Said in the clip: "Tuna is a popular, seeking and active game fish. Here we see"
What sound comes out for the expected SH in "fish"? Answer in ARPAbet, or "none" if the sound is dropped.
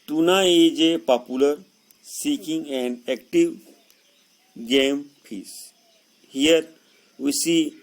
S